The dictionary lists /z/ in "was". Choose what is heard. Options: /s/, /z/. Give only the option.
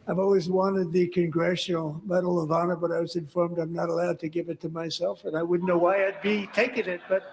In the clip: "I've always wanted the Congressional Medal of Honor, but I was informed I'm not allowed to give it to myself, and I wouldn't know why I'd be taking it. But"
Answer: /z/